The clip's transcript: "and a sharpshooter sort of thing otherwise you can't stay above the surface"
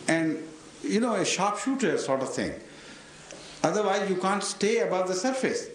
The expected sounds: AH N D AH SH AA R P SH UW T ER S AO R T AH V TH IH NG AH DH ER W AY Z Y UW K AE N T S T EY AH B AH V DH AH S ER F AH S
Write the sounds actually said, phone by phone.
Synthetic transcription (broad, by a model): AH N D AH SH AA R P SH UW T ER S AO R T AH V T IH NG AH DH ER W AY Z Y UW K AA N T S T EY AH B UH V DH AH S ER F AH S